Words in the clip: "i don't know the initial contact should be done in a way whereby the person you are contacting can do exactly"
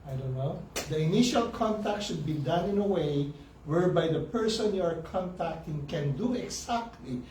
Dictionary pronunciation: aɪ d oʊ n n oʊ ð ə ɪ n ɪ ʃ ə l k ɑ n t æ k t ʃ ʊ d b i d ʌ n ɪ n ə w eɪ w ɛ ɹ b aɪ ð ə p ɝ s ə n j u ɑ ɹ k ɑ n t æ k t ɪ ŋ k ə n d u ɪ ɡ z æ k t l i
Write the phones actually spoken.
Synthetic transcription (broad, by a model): aɪ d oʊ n n oʊ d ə ɪ n ɪ ʃ ə l k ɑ n t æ k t ʃ ʊ d b i d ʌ n ɪ n ə w eɪ w ɛ ɹ b aɪ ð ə p ɝ s ə n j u ɑ ɹ k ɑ n t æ k t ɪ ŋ k ə n d u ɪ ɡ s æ k t l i